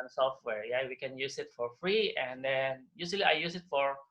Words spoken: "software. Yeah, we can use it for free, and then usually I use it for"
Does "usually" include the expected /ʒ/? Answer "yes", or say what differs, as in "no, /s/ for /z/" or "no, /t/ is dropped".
no, /s/ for /ʒ/